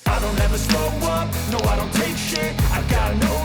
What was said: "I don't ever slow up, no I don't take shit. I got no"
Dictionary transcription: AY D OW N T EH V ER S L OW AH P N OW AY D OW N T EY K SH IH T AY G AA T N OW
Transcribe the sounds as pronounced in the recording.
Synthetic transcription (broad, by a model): AY D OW N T EH V ER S OW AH N OW AY D OW N T EY K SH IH AY G AA T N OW